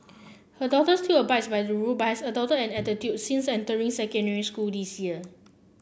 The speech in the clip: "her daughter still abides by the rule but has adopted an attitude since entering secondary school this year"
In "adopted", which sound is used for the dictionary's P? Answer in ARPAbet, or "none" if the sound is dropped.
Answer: none